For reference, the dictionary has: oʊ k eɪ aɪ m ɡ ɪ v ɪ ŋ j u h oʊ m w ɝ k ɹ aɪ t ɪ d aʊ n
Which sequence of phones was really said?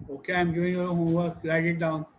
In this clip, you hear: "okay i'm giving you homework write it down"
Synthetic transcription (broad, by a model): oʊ k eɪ aɪ m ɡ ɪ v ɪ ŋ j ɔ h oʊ w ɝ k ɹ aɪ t ɪ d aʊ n